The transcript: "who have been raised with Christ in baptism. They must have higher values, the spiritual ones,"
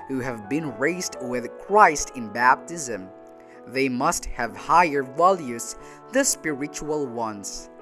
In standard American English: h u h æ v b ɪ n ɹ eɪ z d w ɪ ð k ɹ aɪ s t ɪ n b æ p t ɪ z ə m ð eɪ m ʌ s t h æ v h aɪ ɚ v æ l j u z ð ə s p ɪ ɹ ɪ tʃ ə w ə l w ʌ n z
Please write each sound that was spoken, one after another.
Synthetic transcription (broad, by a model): h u h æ v b ɪ n ɹ eɪ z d w ɪ ð k ɹ aɪ s t ɪ n b æ p t ɪ z ə m ð eɪ m ʌ s t h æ v h aɪ ɚ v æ l j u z ð ə s p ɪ ɹ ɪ tʃ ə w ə l w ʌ n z